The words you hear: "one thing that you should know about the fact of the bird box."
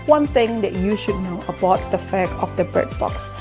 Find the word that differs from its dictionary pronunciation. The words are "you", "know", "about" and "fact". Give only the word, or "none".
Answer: fact